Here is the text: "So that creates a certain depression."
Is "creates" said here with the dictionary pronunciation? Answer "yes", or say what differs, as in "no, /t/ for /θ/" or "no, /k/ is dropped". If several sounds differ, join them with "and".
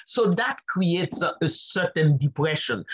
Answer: yes